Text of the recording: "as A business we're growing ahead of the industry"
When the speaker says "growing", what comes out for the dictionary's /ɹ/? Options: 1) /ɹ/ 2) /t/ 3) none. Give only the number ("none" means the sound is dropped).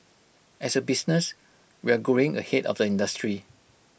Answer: 3